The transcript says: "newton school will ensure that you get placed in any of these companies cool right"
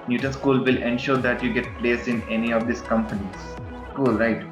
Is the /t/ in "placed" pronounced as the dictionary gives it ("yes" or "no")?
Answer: no